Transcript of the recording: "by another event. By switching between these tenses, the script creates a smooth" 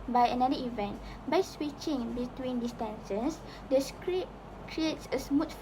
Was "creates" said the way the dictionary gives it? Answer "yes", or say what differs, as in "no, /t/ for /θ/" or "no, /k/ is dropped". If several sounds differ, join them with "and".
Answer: yes